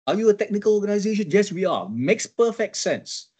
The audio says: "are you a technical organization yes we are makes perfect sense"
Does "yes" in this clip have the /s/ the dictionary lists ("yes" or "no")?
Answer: yes